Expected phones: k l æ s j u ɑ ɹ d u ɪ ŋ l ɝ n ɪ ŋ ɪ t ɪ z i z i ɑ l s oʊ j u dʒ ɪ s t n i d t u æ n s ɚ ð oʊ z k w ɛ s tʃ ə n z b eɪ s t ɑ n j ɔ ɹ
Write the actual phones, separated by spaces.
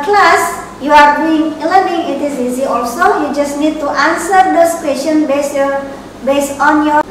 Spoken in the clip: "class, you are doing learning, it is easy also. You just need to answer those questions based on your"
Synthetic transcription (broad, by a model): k l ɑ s j u ɑ ɹ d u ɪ ŋ l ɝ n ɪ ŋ ɪ t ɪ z i z i ɑ l s oʊ j u dʒ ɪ s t n i d t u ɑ n s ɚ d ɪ s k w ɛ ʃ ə n b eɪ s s ɑ n j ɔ